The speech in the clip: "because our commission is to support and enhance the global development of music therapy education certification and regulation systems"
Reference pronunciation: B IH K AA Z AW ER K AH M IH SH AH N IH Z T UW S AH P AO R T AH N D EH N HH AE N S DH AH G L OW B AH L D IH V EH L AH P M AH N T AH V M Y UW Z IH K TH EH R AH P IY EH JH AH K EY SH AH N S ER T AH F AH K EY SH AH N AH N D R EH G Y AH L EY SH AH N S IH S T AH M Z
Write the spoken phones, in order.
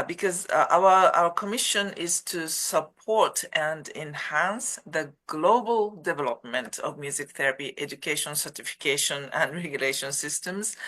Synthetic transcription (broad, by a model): B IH K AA Z AW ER K AH M IH SH AH N IH Z T UW S AH P AO R T AH N D EH N HH AE N S DH AH G L OW B AH L D IH V EH L AH P M AH N T AH V M Y UW Z IH K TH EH R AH P IY EH JH AH K EY SH AH N S ER T AH F AH K EY SH AH N AH N D R EH G Y AH L EY SH AH N S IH S T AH M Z